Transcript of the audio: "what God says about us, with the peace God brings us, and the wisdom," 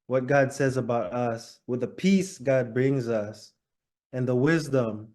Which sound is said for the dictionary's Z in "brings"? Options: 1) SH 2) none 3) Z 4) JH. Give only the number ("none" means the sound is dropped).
3